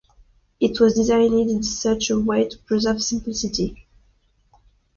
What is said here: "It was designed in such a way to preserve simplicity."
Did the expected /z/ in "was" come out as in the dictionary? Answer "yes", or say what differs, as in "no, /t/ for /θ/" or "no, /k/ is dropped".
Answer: yes